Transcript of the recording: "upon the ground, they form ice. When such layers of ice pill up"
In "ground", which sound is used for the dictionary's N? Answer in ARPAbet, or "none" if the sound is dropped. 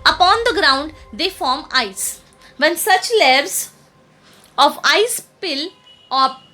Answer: N